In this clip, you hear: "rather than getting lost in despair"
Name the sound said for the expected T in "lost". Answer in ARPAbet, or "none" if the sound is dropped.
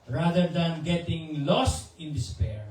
T